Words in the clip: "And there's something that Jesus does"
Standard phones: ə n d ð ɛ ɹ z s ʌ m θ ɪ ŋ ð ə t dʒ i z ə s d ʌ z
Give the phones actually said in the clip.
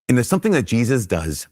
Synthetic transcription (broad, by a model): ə n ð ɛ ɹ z s ʌ m θ ɪ ŋ ð ə t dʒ i z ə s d ʌ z